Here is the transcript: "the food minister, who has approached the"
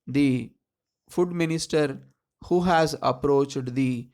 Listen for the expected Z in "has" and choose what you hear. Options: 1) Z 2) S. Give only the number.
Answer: 1